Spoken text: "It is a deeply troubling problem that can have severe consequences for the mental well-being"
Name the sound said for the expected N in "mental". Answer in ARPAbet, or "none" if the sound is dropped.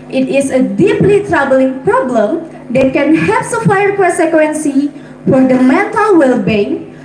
none